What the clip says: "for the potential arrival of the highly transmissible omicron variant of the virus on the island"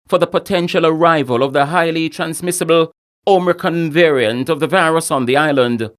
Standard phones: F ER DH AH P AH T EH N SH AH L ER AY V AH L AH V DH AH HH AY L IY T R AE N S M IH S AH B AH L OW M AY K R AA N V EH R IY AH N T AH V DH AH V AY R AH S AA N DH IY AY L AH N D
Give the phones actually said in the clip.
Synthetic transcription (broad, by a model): F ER DH AH P AH T EH N SH AH L ER AY V AH L AH V DH AH HH AY L IY T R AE N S M IH S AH B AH L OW M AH K AH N V EH R IY AH N T AH V DH AH V AY R AH S N DH IY AY L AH N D